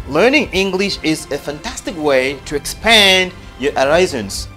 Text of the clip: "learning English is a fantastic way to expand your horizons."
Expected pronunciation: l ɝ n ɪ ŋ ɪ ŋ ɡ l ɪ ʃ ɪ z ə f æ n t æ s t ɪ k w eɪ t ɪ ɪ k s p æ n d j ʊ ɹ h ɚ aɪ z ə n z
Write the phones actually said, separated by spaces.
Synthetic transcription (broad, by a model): l ɝ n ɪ ŋ ɪ ŋ ɡ l ɪ ʃ ɪ z ə f æ n t æ s t ɪ k w eɪ t ɪ ɪ k s p æ n d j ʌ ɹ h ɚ aɪ z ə n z